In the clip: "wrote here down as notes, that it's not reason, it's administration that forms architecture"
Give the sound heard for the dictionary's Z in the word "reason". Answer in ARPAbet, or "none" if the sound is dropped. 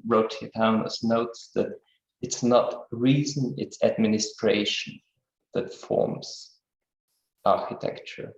Z